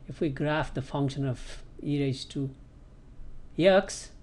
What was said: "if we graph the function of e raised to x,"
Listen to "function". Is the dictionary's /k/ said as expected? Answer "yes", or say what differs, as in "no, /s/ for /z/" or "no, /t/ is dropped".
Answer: yes